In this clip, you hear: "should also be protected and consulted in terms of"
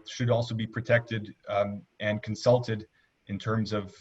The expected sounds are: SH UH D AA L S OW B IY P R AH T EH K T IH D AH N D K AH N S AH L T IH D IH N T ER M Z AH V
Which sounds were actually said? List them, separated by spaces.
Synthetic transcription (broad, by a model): SH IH D AA L S OW B IY P R AH T EH K T IH D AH N K N S AH L T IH D IH N T ER M Z AH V